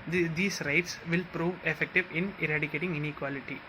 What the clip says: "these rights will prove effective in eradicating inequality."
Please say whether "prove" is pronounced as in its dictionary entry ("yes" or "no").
yes